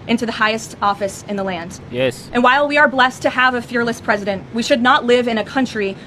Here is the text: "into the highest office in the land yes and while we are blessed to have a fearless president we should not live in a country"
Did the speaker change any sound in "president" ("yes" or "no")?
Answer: no